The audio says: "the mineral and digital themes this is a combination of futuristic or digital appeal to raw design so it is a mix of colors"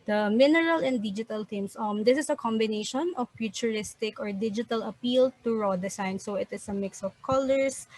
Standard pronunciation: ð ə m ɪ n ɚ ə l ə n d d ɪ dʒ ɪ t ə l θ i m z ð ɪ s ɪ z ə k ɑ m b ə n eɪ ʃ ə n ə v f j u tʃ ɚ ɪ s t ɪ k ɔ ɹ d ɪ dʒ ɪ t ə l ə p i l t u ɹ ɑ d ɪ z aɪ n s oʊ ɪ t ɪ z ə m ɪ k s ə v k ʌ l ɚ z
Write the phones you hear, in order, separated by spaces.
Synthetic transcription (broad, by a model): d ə m ɪ n ɚ ə l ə n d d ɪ dʒ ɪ t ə l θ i m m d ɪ s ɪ s ə k ɑ m b ə n eɪ ʃ ə n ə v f j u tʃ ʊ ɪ s t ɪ k ɔ ɹ d ɪ dʒ ɪ t ə l ə p i l t u ɹ ɑ d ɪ s aɪ n s oʊ ɪ t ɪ s ə m ɪ k s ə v k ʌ l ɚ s